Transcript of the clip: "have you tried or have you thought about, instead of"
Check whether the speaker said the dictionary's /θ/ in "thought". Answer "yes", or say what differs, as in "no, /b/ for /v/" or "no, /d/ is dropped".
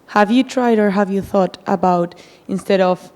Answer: yes